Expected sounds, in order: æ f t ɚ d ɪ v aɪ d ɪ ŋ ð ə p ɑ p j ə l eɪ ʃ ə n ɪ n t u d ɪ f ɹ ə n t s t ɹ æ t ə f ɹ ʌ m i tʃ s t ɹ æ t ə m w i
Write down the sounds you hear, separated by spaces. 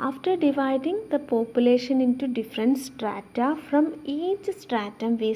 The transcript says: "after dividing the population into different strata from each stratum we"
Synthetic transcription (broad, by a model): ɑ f t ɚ d ɪ v aɪ d ɪ ŋ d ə p ɑ p j ə l eɪ ʃ ə n ɪ n t u d ɪ f ɹ ə n t s t ɹ æ t ə f ɹ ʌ m i tʃ s t ɹ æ t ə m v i